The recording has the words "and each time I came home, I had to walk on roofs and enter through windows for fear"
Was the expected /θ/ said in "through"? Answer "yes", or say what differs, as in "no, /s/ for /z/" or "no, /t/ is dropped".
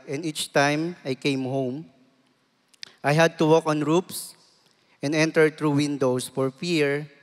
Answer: no, /t/ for /θ/